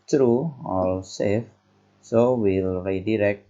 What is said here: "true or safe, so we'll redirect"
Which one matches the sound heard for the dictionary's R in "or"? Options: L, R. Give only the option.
L